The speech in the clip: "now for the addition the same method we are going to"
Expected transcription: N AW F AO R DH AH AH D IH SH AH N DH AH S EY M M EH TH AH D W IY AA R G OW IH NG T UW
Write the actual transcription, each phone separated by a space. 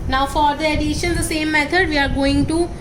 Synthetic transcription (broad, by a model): N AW F AO R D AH AH D IH SH AH N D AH S EY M M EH T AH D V IY AA R G OW IH NG T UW